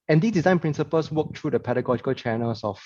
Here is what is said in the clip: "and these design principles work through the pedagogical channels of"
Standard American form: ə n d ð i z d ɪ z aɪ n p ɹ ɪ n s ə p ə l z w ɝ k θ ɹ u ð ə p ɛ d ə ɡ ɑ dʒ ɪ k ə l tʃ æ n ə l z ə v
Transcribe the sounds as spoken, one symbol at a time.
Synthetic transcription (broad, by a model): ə n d i s d ɪ z aɪ n p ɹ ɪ n s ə p ə l s w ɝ k t ɹ u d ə p ɛ d ə ɡ ɑ dʒ ɪ k ə l tʃ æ n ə l s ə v